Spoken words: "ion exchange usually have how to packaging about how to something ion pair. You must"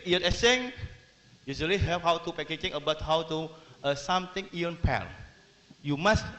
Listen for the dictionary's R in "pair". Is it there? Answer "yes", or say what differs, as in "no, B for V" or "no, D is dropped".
no, L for R